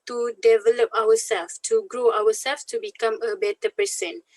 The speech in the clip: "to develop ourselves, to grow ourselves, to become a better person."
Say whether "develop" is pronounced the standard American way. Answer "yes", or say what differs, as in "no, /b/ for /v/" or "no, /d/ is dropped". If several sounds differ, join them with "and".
yes